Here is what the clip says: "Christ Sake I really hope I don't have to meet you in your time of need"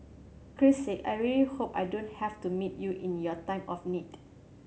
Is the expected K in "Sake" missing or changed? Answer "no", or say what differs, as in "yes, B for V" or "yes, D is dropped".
yes, K is dropped